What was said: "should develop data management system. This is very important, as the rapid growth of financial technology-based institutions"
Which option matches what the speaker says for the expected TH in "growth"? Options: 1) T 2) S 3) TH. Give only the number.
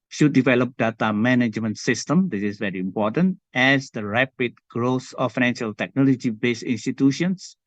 2